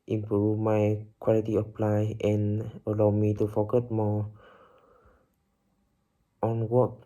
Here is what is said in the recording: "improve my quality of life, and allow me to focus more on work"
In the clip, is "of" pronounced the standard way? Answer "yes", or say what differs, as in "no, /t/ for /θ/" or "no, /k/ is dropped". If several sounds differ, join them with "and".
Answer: no, /p/ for /v/